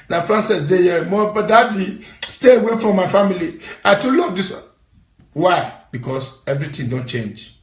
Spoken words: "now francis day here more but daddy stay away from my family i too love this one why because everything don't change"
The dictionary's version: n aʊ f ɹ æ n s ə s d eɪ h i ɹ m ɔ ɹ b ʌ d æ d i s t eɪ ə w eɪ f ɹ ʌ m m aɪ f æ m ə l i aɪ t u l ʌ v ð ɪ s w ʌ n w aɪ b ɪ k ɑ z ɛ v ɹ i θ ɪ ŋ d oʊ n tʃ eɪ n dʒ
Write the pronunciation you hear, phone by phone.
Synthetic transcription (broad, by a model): n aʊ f ɹ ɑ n s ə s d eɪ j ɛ m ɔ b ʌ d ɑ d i s t eɪ ə w eɪ f ɹ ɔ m m aɪ f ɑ m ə l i aɪ t u l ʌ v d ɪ s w w aɪ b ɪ k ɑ s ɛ v ɹ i t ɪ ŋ d oʊ n tʃ eɪ n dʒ